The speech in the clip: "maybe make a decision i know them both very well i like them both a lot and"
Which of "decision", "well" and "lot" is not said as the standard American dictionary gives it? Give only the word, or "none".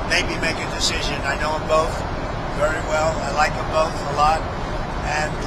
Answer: none